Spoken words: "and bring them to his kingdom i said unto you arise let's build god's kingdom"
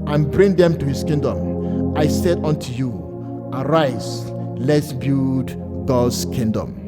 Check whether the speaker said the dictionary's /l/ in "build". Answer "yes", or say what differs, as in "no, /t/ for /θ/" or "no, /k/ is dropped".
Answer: no, /l/ is dropped